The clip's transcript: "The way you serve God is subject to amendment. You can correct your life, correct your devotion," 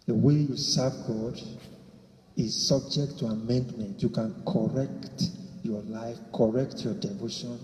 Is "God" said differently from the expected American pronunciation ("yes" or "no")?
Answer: no